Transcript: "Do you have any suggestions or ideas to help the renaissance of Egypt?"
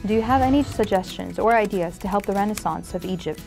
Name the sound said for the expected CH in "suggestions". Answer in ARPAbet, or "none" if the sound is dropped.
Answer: CH